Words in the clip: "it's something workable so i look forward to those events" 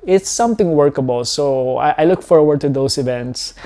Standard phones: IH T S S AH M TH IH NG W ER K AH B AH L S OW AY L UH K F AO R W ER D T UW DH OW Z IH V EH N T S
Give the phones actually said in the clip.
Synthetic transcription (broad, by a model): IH T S S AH M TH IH NG W ER K AH B AH L S OW AY L UH K F AO R W ER D T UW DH OW S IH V EH N T S